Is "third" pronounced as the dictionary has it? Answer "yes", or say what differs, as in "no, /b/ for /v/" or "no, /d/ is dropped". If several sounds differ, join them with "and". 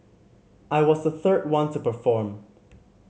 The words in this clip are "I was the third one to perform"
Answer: yes